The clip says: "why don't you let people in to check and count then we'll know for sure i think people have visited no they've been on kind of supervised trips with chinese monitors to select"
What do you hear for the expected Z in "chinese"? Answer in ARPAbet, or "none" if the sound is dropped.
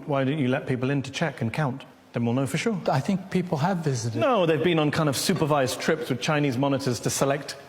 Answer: Z